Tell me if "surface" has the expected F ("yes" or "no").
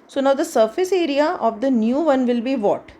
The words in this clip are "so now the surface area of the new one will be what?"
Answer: yes